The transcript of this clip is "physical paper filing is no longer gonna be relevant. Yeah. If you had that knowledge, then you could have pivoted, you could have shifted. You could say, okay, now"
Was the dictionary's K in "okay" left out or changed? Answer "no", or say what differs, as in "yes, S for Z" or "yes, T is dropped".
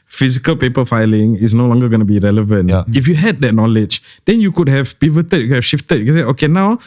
no